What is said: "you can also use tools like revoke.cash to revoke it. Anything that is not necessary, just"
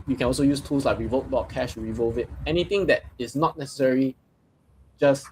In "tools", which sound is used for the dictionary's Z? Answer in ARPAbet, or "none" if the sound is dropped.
S